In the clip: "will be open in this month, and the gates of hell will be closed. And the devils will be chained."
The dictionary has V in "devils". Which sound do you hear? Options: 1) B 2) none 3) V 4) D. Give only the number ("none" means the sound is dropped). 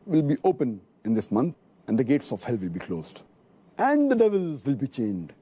3